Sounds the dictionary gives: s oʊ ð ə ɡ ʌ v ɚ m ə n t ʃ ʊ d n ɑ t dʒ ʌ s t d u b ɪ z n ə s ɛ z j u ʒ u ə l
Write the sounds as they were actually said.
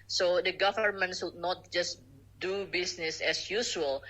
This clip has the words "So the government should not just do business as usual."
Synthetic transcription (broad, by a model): s oʊ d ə ɡ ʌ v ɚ m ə n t s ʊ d n ɑ t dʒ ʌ s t d u b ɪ s n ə s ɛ s j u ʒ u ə l